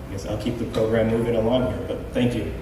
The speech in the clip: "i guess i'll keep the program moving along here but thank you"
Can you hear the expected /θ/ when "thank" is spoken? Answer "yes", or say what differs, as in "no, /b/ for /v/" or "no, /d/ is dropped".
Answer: yes